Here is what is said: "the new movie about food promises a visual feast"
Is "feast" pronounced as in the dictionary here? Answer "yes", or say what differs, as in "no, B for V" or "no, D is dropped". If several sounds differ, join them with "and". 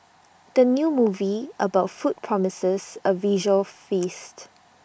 yes